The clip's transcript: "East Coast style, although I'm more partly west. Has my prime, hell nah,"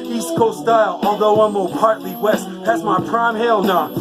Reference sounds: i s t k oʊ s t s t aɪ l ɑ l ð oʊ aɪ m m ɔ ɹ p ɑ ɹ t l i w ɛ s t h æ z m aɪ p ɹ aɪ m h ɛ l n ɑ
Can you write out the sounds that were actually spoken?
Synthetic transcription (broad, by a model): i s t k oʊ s s t aɪ l ɑ l ð oʊ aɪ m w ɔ l p ɑ ɹ t l i w ɛ s t h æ z m aɪ p ɹ aɪ m h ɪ l n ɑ